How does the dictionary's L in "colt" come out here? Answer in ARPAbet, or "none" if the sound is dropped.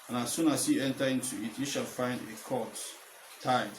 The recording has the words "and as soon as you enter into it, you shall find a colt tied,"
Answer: none